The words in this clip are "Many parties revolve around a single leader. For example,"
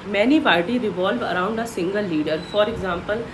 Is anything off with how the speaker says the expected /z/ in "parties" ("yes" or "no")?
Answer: yes